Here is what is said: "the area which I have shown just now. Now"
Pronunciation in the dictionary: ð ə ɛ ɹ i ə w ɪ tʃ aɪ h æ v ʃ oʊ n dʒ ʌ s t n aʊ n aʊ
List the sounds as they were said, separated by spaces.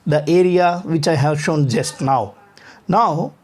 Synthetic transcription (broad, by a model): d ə ɛ ɹ i ə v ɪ tʃ aɪ h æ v ʃ oʊ n dʒ ʌ s t n aʊ n aʊ